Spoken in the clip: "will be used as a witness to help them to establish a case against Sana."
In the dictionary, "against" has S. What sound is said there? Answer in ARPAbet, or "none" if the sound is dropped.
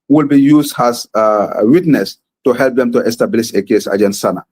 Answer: none